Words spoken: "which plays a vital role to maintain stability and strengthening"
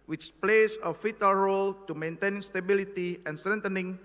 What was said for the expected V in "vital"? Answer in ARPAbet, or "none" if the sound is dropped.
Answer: F